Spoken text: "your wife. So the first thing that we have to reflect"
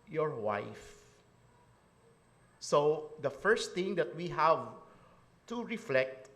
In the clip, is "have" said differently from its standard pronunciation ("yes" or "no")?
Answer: no